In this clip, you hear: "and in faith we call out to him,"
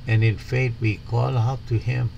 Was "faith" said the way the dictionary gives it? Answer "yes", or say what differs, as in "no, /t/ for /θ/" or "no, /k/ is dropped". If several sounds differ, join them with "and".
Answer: no, /t/ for /θ/